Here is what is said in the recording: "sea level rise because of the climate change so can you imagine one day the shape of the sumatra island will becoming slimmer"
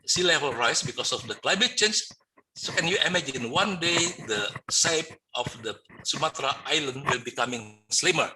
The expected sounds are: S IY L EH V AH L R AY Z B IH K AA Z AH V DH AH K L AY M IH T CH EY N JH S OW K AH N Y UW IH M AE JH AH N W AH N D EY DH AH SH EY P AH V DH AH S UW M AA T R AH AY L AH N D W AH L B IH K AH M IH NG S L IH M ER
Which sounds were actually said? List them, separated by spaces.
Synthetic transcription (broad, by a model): S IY L EH V AH L R AY S B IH K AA S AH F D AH K L AY M IH T CH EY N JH S OW K AH N Y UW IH M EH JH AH N W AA N D EY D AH S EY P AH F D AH S UW M AA T R AH AY L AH N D W AH L B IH K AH M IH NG S L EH M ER